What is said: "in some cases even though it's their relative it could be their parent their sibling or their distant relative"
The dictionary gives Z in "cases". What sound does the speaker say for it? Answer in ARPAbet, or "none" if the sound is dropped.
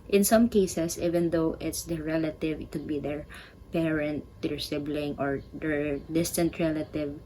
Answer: S